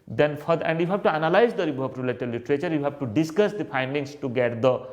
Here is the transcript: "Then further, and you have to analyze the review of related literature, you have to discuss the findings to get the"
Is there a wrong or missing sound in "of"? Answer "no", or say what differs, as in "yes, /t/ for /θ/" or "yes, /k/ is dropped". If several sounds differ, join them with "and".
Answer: yes, /p/ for /v/